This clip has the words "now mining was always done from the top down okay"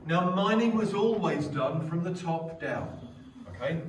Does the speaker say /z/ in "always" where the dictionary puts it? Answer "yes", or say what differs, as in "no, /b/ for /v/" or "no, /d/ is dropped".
yes